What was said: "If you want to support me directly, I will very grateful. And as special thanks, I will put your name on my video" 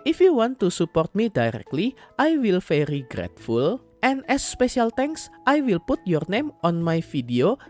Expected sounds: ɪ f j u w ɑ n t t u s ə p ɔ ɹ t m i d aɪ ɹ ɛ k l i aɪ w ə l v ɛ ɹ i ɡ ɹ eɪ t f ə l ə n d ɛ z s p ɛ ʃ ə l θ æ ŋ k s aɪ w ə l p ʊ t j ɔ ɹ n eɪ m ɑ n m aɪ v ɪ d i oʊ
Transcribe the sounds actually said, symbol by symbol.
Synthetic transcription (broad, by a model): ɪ f j u w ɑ n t t u s ə p ɔ ɹ t m i d aɪ ɹ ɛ k l i aɪ w ə l f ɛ ɹ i ɡ ɹ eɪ t f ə l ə n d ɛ s p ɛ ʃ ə l t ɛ ŋ k s aɪ w ə l p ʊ t j ɔ ɹ n eɪ m ɑ n m aɪ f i d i oʊ